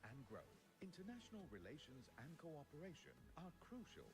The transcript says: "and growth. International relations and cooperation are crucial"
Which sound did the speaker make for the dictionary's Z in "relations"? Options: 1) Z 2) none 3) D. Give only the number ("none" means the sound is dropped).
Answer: 1